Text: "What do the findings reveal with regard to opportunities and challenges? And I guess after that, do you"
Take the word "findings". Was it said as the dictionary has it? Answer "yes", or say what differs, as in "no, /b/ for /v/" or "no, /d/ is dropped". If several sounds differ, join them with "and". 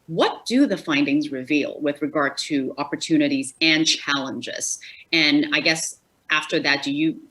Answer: yes